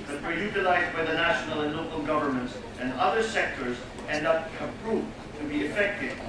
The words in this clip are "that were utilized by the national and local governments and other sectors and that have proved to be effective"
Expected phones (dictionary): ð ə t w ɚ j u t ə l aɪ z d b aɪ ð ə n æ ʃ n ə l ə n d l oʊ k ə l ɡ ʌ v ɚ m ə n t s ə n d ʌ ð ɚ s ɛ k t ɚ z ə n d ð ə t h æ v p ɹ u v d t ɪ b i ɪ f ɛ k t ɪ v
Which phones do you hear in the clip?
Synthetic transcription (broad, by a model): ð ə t w ɚ j u t ə l aɪ z d b aɪ ð ə n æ ʃ n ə l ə n l oʊ k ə l ɡ ʌ v ɚ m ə n t s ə n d ʌ ð ɚ s ɛ k t ɚ z ə n d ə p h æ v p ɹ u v t ɪ b i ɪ f ɛ k t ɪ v